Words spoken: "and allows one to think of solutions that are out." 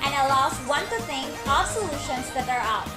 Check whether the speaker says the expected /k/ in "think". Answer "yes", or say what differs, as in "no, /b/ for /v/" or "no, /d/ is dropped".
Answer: no, /k/ is dropped